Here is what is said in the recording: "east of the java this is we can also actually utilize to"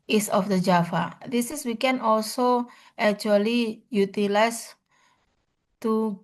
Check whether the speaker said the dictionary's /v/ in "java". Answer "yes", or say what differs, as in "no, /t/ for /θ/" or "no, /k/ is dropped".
no, /f/ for /v/